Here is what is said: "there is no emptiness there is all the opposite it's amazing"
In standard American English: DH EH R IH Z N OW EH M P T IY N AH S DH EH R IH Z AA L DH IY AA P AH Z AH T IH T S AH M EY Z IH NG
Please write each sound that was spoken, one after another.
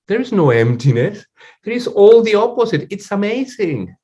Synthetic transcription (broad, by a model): DH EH R IH Z N OW EH M P T IY N AH S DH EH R IH Z AA L DH IY AA P AH Z AH T IH T S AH M EY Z IH NG